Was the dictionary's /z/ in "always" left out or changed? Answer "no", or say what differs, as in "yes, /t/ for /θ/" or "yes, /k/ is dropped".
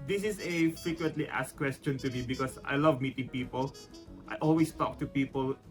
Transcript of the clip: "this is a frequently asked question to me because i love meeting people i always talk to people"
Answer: yes, /s/ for /z/